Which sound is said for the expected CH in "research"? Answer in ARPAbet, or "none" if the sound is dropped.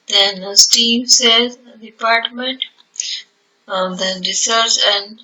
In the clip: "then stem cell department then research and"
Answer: S